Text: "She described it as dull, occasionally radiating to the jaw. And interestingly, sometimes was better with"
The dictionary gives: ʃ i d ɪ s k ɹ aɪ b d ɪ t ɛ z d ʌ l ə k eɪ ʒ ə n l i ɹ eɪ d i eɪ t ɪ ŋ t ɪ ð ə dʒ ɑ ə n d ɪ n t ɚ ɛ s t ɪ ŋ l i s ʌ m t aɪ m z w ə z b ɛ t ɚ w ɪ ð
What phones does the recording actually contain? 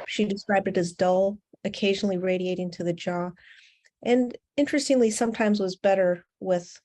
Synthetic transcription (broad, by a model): ʃ i d ɪ s k ɹ aɪ b d ɪ t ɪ z d ʌ l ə k eɪ ʒ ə n l i ɹ eɪ d i eɪ t ɪ ŋ t ɪ ð ə dʒ ɑ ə n ɪ n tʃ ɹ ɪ s t ɪ ŋ l i s ʌ m t aɪ m z w ə z b ɛ t ɚ w ɪ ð